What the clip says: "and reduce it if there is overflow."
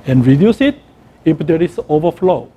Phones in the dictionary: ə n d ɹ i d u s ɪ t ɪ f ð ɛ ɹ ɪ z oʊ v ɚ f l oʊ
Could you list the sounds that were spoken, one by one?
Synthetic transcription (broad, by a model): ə n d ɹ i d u s ɪ t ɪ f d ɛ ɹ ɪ s oʊ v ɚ f l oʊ